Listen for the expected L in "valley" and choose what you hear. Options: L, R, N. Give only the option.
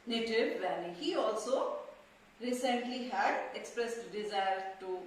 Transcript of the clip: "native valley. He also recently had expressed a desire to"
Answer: N